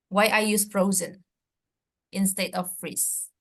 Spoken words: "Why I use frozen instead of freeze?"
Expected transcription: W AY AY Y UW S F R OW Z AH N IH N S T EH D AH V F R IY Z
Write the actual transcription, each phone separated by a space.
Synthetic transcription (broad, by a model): W AY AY Y UW S F R OW Z AH N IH N S T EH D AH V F R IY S